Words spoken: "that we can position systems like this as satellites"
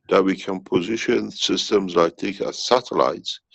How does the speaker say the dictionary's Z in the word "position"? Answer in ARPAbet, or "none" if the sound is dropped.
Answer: Z